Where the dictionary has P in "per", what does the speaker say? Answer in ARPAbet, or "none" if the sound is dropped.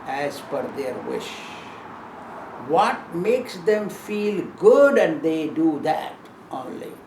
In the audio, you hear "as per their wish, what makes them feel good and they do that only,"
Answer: F